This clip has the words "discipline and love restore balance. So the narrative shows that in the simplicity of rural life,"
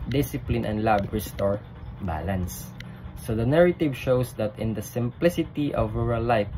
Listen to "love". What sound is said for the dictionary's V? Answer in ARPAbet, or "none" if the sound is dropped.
B